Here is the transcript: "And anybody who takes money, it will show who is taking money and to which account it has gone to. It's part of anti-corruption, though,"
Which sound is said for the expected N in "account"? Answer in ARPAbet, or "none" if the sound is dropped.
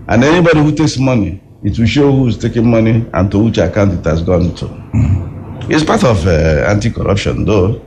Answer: N